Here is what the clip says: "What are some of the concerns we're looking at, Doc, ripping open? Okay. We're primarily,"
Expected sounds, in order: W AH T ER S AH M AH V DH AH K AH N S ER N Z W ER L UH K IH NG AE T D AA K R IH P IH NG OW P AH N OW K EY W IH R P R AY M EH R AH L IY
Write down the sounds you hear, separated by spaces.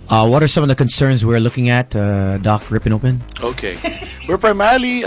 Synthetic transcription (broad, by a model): W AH T ER S AH M AH V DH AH K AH N S ER N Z W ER L UH K IH NG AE T D AA K R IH P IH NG OW P AH N OW K EY W IH R P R AY M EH R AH L IY